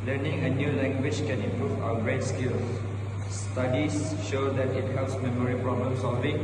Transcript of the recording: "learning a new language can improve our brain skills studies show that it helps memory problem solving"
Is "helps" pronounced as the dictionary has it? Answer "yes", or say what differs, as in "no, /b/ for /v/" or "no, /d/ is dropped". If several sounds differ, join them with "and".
no, /p/ is dropped